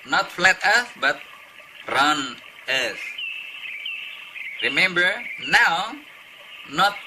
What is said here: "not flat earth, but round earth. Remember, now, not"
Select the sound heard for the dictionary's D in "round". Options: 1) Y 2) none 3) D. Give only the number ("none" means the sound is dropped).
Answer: 2